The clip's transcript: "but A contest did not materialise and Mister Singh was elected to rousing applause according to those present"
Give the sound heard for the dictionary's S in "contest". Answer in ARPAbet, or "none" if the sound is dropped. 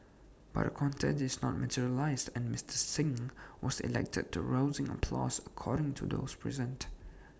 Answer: none